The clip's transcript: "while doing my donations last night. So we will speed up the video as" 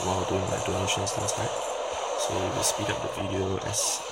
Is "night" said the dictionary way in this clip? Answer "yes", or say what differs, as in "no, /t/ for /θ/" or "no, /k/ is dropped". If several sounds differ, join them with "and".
no, /l/ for /n/